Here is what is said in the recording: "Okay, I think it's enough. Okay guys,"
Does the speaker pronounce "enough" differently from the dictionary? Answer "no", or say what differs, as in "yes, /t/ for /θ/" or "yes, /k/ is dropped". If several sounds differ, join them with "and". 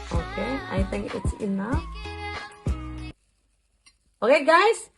yes, /f/ is dropped